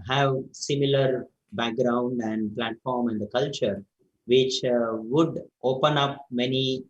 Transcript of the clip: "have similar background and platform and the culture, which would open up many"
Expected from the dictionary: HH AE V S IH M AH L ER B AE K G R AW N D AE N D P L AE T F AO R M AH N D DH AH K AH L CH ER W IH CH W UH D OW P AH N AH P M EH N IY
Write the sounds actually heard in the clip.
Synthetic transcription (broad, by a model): HH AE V S IH M AH L ER B AE K G R AW N D AE N D P L AE T F AO R M AH N D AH K AH L CH ER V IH CH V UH D OW P AH N AH P M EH N IY